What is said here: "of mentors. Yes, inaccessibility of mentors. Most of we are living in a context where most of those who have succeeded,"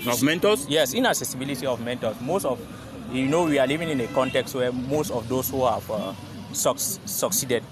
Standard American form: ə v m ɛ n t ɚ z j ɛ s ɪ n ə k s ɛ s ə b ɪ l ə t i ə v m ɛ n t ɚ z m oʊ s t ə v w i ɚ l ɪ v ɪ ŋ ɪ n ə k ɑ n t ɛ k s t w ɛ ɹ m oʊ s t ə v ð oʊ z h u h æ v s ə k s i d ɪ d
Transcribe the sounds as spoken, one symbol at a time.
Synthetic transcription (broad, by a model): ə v m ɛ n t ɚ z j ɛ s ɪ n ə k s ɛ s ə b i l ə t i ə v m ɛ n t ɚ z m oʊ s t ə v w i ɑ l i v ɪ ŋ ɪ n ə k ɑ n t ɛ k s t w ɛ m oʊ s t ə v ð oʊ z h u h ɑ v s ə k s i d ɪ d